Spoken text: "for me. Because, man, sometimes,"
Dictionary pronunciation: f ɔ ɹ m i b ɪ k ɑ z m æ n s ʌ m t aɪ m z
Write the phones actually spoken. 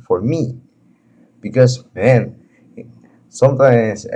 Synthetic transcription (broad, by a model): f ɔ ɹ m i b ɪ k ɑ s m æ n s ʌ m t aɪ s